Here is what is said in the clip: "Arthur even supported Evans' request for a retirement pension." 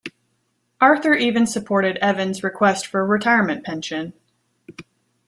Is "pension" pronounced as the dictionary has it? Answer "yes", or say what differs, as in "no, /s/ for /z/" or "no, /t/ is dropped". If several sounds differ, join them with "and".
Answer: yes